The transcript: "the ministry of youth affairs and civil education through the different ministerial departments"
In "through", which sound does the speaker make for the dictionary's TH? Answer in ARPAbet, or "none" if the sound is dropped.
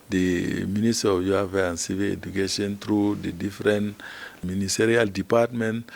T